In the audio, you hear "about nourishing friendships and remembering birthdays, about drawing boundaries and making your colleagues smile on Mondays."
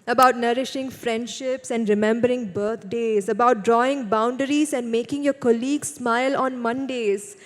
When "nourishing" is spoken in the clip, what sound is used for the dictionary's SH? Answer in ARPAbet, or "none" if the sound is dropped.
SH